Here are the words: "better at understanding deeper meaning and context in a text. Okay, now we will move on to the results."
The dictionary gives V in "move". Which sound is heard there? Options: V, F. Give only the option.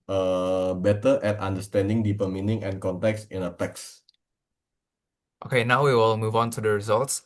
V